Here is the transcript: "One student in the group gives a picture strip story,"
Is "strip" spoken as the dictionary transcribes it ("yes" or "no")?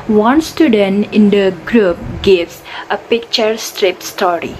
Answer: yes